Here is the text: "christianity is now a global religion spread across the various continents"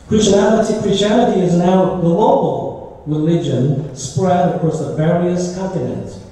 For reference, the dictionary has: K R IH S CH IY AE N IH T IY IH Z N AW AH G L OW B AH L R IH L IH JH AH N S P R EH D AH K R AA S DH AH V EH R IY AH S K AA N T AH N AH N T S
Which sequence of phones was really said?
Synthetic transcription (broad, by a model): K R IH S CH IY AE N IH T IY IH Z N AW AH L OW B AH L R IH L IH JH AH N S P R EH D AH K R AA S DH AH V EH R IY AH S K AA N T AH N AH N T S